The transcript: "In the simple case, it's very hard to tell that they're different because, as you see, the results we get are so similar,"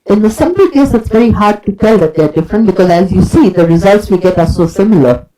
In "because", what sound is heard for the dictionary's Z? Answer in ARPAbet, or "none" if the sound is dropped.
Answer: Z